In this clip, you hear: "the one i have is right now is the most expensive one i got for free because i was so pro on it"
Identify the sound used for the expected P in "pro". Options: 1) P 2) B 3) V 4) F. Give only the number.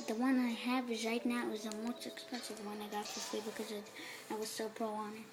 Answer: 1